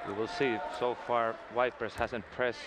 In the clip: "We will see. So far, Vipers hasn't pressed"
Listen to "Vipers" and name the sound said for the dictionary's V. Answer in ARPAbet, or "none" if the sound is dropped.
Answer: W